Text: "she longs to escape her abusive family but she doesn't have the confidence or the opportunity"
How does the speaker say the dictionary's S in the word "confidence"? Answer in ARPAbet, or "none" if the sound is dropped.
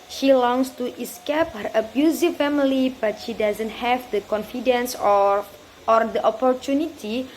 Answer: S